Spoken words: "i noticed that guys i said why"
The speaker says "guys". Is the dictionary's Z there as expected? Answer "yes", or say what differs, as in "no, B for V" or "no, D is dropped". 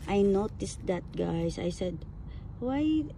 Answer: no, S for Z